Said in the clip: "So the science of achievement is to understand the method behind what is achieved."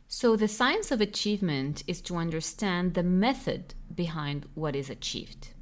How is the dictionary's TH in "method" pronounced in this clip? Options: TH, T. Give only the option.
TH